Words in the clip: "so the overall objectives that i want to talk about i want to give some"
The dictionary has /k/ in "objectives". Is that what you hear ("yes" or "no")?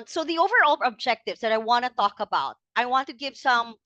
yes